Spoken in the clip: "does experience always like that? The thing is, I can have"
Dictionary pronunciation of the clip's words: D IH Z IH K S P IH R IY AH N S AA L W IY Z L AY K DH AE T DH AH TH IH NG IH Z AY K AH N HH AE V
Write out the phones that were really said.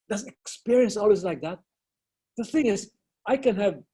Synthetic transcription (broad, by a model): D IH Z IH K S P IH R IY AH N S AA L W IY Z L AY K DH AE T DH AH TH IH NG IH Z AY K AH N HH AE V